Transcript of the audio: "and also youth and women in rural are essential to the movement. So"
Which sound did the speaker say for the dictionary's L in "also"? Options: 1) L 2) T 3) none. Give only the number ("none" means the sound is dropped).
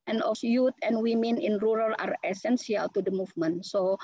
3